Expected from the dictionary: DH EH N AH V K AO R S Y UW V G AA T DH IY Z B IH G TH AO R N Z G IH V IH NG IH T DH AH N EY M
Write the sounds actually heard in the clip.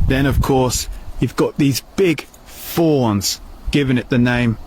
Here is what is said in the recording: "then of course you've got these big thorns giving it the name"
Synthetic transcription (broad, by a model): DH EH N AH V K AO R S Y UW V G AA T DH IY Z B IH G F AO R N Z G IH V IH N IH T DH AH N EY M